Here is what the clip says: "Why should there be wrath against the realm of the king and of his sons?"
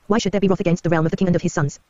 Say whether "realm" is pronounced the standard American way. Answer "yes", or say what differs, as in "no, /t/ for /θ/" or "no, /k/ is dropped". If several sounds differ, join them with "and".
yes